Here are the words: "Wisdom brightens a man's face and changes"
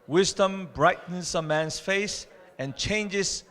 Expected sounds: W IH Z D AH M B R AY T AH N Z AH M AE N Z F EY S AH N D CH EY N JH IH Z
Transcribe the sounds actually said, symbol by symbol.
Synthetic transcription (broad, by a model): W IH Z D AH M B R AY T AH N S AH M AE N S F EY S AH N CH EY N JH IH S